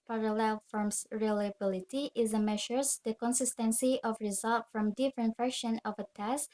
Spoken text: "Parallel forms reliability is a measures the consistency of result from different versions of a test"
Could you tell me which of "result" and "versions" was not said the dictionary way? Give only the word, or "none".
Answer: versions